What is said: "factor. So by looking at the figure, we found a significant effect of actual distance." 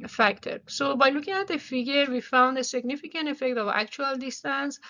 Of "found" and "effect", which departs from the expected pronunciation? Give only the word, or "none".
none